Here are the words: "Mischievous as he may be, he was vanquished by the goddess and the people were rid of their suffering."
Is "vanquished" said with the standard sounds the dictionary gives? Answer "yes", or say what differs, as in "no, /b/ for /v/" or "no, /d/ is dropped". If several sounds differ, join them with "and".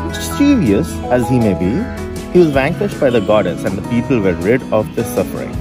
yes